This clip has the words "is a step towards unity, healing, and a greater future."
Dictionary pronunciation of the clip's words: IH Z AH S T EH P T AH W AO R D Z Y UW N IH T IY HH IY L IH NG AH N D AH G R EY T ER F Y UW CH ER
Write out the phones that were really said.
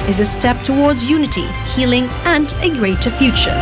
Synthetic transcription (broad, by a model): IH Z AH S T EH P T AH W AO R D Z Y UW N IH T IY HH IY L IH NG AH N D AH G R EY T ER F Y UW CH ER